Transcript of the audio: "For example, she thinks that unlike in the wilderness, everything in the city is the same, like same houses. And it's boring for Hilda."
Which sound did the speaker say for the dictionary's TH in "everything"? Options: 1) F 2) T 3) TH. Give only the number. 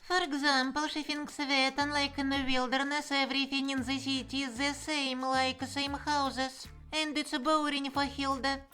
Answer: 1